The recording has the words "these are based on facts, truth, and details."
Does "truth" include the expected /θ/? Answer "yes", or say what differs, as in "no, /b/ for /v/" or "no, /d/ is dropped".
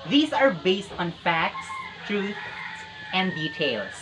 no, /s/ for /θ/